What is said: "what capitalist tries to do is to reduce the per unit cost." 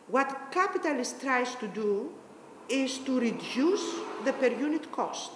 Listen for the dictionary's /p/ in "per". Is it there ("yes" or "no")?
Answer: yes